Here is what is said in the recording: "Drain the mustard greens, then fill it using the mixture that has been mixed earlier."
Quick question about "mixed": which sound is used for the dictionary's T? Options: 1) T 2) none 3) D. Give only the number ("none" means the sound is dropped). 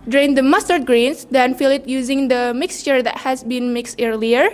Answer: 1